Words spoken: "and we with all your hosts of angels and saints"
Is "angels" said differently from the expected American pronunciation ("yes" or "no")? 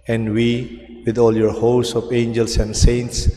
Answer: yes